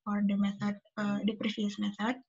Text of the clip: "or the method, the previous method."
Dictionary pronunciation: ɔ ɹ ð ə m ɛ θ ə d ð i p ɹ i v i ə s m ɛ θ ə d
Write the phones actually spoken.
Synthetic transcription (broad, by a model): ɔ ɹ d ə m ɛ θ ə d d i p ɹ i f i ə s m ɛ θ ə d